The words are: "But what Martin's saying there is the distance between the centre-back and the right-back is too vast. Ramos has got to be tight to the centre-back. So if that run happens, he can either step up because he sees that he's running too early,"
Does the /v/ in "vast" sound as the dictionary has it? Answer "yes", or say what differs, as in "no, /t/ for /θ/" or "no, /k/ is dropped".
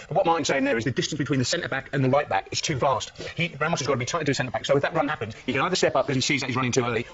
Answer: no, /f/ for /v/